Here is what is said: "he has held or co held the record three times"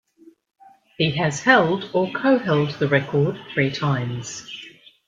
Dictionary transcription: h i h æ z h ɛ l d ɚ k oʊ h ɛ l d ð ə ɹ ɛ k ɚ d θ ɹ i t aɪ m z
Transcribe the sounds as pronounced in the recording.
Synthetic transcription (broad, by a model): h i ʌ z h ɛ l d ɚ k oʊ h ɛ l d ð ə ɹ ɛ k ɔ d θ ɹ i t aɪ m z